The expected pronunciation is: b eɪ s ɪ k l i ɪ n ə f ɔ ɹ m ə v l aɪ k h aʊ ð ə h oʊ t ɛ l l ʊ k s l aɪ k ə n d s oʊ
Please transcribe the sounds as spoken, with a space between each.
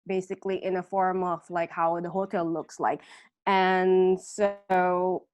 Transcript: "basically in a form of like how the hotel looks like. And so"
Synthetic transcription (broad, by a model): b eɪ s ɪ k l i ɪ n ə f ɔ ɹ m ə v l aɪ k h aʊ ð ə h oʊ t ɛ l l ʊ k s l aɪ k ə n s oʊ